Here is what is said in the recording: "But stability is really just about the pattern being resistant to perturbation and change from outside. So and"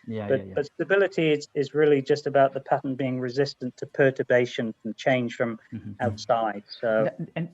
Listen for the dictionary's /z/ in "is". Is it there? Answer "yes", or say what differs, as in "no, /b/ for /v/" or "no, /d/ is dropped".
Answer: yes